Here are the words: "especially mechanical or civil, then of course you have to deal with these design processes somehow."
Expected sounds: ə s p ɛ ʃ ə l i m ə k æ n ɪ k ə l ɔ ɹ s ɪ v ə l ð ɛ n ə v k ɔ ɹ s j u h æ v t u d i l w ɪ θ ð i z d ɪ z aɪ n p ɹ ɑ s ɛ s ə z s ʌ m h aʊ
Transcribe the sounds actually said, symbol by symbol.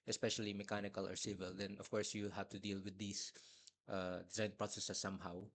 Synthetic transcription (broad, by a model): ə s p ɛ ʃ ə l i m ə k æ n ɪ k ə l ɔ ɹ s ɪ v ə l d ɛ n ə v k ɔ ɹ s j u h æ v t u d i l w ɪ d i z d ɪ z aɪ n p ɹ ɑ s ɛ s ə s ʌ m h aʊ